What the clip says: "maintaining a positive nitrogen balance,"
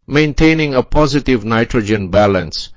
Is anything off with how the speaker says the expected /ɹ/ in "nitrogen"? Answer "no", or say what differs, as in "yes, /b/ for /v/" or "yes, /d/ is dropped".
no